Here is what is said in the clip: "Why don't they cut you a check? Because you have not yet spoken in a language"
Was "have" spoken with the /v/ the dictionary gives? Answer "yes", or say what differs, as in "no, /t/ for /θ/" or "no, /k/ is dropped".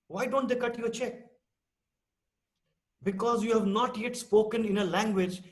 yes